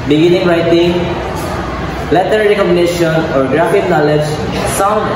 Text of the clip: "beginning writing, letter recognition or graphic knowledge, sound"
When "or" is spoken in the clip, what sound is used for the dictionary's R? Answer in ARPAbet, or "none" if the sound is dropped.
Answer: R